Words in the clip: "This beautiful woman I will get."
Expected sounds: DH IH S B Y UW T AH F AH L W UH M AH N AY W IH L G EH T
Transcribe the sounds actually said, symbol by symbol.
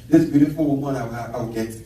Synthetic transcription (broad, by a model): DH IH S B Y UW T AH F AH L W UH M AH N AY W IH W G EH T